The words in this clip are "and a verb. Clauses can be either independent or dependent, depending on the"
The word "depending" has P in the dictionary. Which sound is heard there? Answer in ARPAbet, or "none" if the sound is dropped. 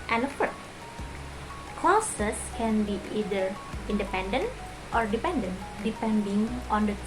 P